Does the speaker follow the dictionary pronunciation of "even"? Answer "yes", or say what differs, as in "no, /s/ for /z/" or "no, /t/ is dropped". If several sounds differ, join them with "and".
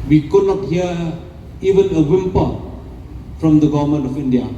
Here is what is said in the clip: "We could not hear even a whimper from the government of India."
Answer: yes